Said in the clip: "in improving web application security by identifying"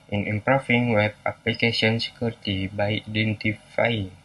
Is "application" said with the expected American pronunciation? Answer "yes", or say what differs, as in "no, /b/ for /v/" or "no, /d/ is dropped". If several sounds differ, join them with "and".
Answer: no, /s/ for /ʃ/